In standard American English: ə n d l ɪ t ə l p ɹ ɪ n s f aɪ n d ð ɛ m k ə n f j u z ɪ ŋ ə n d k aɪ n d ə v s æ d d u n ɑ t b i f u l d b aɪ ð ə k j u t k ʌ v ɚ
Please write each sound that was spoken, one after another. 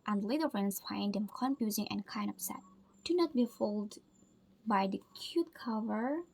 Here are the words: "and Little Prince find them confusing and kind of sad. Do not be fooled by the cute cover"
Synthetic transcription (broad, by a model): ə n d l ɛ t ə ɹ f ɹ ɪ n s f aɪ n d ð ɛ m k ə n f j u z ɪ ŋ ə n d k aɪ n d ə p s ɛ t d u n ɑ t b i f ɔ l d b aɪ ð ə k j u t k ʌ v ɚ